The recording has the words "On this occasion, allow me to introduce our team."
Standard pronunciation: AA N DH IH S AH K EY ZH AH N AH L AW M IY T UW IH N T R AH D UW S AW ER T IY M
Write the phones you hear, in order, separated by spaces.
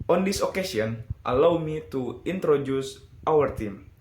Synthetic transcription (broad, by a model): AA N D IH S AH K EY S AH N AH L AW M IY T UW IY N T R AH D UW S AW ER T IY M